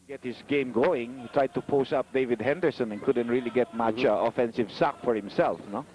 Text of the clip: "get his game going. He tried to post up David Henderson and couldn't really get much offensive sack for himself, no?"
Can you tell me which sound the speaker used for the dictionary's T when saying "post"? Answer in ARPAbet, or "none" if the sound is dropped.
none